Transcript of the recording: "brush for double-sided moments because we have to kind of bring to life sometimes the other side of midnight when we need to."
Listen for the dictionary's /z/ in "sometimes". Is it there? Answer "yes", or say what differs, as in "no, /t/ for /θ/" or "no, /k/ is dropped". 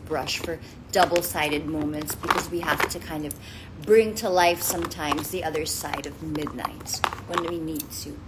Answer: yes